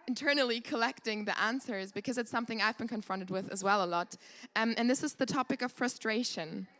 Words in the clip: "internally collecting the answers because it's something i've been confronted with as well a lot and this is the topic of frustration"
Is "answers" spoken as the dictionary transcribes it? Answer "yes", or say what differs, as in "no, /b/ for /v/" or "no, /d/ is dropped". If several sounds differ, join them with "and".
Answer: yes